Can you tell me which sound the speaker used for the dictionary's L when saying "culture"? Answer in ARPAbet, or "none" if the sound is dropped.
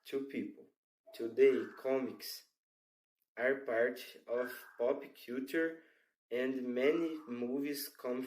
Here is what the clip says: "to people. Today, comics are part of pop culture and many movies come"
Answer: none